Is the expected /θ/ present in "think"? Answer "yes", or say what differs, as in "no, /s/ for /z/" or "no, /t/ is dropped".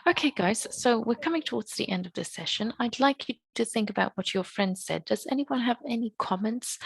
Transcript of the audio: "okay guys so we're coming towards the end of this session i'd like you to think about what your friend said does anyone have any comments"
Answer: yes